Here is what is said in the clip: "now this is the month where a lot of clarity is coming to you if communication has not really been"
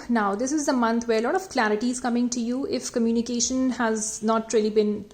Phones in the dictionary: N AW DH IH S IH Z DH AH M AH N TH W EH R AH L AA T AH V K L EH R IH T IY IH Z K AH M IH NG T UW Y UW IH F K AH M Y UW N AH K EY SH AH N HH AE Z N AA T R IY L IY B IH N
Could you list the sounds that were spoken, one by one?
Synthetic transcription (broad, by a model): N AW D IH S IH Z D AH M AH N T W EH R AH L AA T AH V K L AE R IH T IY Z K AH M IH NG T UW Y UW IH F K AH M Y UW N AH K EY SH AH N HH AE Z N AA T R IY L IY B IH N